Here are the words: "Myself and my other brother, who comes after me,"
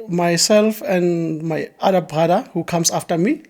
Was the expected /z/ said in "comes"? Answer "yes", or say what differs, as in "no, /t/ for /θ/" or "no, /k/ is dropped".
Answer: no, /s/ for /z/